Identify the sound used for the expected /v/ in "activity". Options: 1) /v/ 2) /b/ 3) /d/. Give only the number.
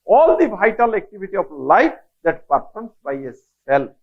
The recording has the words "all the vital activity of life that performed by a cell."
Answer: 2